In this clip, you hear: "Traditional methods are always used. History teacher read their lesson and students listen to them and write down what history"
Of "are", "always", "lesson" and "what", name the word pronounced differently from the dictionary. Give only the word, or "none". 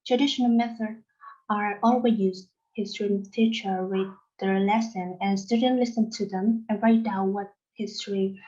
always